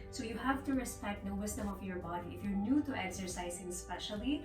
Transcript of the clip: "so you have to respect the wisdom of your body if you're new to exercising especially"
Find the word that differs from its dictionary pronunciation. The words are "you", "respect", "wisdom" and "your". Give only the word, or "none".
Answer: wisdom